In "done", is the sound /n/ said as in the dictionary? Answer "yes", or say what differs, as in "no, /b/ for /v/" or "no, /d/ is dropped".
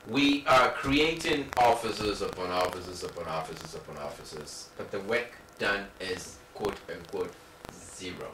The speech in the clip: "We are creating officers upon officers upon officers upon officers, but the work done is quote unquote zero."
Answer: yes